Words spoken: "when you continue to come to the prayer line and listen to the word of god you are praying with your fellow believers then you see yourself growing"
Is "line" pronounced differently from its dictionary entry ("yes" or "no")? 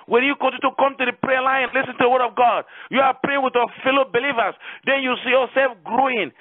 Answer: yes